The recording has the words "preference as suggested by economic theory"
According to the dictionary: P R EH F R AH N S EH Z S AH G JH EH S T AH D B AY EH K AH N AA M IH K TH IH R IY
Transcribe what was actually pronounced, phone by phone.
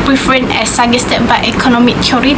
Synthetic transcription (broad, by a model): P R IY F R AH N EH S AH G EH S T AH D B AY EH K AH N AA M IH K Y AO R IY